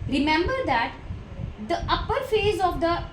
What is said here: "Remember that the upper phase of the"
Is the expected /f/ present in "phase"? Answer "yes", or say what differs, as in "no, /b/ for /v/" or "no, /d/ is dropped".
yes